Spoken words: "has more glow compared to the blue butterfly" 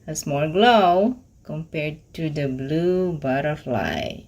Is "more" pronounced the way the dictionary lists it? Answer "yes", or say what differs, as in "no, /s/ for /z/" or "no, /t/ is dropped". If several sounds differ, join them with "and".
no, /l/ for /ɹ/